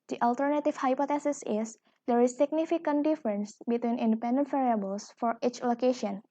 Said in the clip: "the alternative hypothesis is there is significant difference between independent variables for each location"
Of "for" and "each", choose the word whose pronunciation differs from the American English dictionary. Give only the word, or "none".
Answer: none